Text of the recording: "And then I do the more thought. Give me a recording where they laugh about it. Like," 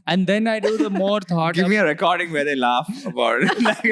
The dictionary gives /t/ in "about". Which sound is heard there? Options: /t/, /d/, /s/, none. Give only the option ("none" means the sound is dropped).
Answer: none